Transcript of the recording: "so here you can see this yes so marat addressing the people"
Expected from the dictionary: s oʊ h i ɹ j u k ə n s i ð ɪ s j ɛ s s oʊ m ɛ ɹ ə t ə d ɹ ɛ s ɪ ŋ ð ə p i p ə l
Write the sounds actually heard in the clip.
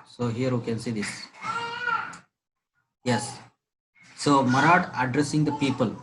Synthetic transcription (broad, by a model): s oʊ h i ɹ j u k ə n s i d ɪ s j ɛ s s oʊ m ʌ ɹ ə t ə d ɹ ɛ s ɪ ŋ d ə p i p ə l